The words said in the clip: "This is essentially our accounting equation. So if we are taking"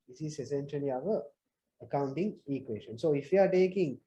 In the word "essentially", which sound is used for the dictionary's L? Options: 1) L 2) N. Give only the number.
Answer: 2